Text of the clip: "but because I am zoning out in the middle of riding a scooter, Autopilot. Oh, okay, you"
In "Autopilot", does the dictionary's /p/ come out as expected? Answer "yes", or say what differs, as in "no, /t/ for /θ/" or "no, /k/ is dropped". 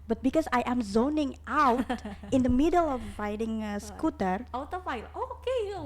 no, /f/ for /p/